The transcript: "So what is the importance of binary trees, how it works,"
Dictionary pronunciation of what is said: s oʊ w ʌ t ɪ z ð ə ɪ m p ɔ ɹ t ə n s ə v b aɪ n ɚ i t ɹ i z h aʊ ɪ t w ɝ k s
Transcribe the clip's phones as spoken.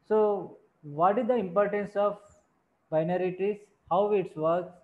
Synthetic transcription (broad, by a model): s oʊ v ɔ t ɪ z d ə ɪ m p ɔ ɹ t ə n s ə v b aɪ n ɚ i t i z h aʊ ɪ t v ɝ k s